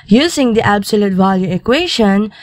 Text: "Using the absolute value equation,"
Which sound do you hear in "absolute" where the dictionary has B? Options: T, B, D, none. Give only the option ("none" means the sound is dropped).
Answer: B